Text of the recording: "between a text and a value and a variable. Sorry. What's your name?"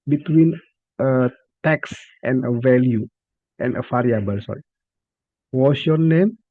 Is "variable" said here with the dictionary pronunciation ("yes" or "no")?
no